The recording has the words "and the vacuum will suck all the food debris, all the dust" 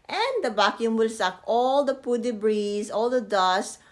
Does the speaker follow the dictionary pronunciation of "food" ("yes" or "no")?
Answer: no